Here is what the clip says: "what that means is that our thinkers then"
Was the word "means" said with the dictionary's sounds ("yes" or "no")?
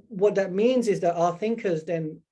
yes